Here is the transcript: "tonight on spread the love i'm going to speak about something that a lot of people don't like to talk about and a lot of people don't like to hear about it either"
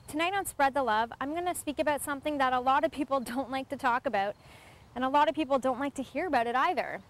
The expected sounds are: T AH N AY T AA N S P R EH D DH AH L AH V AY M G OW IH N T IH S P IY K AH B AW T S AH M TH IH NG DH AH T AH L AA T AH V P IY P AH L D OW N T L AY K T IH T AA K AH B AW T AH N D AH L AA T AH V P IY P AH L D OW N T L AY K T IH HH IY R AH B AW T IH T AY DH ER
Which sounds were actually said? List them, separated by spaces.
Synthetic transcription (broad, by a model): T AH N AY T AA N S P R EH D DH AH L AH V AY M G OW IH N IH S P IY K AH B AW T S AH M TH IH NG DH AH T AH L AA T AH V P IY P L D OW N T L AY K T IH T AA K AH B AW T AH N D AH L AA T AH V P IY P L D OW N T L AY K T IH HH IY R AH B AW T IH T AY DH ER